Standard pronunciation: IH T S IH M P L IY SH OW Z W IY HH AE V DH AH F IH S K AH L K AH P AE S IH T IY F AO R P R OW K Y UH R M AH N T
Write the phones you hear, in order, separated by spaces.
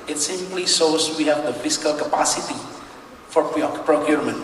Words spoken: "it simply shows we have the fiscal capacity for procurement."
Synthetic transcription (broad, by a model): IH T S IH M L IY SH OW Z W IY HH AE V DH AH F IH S K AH L K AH P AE S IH T IY F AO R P R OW K Y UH R M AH N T